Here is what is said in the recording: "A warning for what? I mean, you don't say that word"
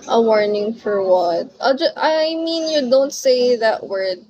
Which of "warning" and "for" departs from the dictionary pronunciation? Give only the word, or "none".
none